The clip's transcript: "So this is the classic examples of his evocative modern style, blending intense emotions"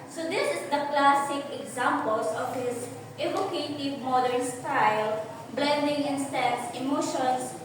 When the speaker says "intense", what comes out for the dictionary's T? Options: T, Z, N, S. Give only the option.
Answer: S